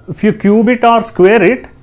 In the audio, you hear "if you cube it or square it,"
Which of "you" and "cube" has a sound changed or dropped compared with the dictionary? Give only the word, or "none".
none